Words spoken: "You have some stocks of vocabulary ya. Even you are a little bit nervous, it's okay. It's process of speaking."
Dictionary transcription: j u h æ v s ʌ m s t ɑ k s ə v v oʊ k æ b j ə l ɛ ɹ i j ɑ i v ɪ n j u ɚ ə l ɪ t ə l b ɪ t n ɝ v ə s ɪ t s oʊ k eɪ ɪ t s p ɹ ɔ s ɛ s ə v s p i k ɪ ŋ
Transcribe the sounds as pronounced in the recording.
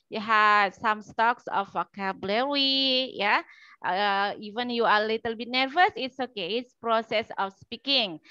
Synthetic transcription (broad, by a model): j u h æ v s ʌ m s t ɑ k s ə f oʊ k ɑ b l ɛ w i j ɑ i v ɪ n j u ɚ ə l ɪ t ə l b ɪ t n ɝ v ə s ɪ t s oʊ k eɪ ɪ t s p ɹ ɔ s ɛ s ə f s p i k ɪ ŋ